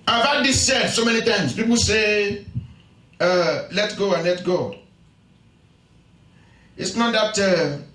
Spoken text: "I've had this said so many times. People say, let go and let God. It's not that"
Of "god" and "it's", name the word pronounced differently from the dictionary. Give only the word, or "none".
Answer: god